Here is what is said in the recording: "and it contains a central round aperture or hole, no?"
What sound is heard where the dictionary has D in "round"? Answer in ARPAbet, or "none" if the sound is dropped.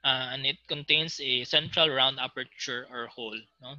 D